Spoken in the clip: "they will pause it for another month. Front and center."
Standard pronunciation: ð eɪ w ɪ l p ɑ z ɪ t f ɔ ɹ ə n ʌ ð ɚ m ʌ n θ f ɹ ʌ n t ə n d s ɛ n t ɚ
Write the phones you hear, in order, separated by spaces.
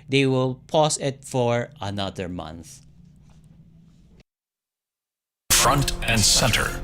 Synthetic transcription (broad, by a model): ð eɪ w ɪ l p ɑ s ɪ t f ɔ ɹ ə n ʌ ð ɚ m ʌ n θ f ɹ ʌ n t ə n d s ɛ n t ɚ